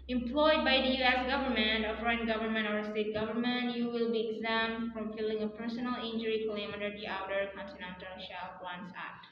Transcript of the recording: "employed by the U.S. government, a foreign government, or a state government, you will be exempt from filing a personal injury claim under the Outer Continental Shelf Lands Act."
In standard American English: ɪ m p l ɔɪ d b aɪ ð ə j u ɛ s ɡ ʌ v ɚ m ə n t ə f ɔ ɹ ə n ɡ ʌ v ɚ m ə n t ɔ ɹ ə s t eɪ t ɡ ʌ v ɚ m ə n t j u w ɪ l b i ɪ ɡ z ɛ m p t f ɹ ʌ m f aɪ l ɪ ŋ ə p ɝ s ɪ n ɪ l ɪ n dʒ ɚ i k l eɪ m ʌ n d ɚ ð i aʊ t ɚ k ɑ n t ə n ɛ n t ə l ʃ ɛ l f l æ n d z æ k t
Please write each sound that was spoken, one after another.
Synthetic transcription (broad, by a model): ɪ m p l ɔɪ d b aɪ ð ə j u ɛ s ɡ ʌ v ɚ m ə n t ə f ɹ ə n ɡ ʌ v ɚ m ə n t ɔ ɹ ə s t eɪ t ɡ ʌ v ɚ m ə n t j u w ɪ l b i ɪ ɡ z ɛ m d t f ɹ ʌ m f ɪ l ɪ ŋ ə p ɝ s ɪ n ɪ l ɪ n dʒ ɚ i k l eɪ m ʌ d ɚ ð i aʊ t ɚ k ɑ n t ə n ɛ n t ə l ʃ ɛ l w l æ n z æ k t